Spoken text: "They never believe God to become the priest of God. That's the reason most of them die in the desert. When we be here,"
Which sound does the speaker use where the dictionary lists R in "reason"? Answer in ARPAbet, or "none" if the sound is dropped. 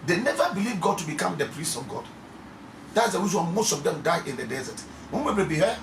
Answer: W